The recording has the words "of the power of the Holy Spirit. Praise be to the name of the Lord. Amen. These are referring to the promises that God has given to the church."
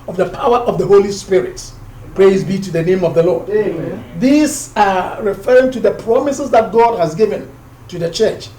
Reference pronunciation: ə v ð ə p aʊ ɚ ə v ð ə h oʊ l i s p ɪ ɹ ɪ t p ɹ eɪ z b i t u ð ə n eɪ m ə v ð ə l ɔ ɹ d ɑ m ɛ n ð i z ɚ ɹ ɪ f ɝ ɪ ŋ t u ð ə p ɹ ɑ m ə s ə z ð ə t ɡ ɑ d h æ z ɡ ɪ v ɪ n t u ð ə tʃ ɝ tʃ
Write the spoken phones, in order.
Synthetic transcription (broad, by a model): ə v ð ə p aʊ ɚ ə v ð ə h oʊ l i s p ɪ ɹ ɪ t p ɹ eɪ z b i t u ð ə n eɪ m ə v ð ə l ɔ ɹ d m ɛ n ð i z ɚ ɹ ɪ f ɝ ɪ ŋ t u ð ə p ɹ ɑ m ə s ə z ð ə t ɡ ɑ d h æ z ɡ ɪ v ɪ n t u ð ə tʃ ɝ tʃ